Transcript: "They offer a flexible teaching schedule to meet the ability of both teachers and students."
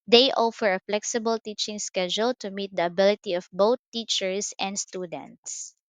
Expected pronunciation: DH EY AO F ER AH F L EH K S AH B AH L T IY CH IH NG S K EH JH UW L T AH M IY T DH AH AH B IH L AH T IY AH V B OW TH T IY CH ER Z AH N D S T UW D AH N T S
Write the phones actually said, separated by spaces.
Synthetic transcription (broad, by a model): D EY AO F ER AH F L EH K S AH B AH L T IY CH IH NG S K EH JH UW L T AH M IY T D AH AH B IH L AH T IY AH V B OW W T IY CH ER S AH N D S T UW D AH N T S